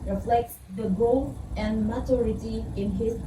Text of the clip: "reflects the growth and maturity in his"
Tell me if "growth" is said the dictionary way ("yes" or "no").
no